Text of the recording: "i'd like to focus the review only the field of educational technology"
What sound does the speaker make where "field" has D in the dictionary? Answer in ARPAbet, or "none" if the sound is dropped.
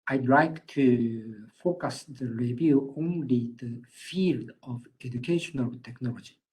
D